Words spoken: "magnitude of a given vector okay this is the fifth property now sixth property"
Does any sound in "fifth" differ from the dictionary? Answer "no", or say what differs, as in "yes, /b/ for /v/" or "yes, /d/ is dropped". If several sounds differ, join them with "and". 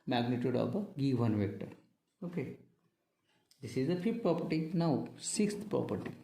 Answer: yes, /f/ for /θ/